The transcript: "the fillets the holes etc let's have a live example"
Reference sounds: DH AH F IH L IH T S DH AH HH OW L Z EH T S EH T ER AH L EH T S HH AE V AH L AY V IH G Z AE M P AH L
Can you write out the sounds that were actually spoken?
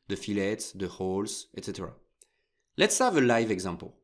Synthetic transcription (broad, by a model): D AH F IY L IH T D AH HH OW L S EH T S EH T ER AH L EH T S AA V AH L AY V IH G Z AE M P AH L